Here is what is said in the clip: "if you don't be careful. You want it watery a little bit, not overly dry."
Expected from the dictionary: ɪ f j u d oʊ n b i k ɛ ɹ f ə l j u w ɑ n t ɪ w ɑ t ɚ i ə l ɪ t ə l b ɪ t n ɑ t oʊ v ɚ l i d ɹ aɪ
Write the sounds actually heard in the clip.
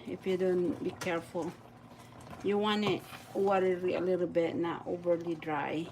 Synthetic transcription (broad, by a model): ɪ f j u d oʊ n b i k ɛ ɹ f ə l j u w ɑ n ɪ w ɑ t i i ə l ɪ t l b ɪ t n ɑ t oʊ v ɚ l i d ɹ aɪ